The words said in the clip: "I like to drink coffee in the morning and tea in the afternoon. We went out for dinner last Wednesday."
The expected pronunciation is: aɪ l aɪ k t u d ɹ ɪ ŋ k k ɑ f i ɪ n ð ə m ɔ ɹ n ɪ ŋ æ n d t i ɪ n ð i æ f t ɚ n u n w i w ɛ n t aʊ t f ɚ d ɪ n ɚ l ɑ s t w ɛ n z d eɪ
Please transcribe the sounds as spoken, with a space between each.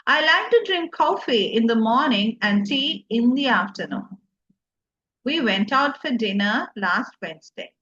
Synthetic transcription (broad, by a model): aɪ l aɪ k t u d ɹ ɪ ŋ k k ɑ f i ɪ n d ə m ɔ ɹ n ɪ ŋ æ n d s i ɪ n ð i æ f t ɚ n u n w i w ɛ n t aʊ t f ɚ d ɪ n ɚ l ɑ s t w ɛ n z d eɪ